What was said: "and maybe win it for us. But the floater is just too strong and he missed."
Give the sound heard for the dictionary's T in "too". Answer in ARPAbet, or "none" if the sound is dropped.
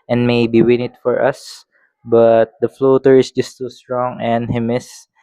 S